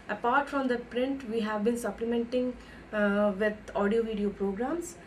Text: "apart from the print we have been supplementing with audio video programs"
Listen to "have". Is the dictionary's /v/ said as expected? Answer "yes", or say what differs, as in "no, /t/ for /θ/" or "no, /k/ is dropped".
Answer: yes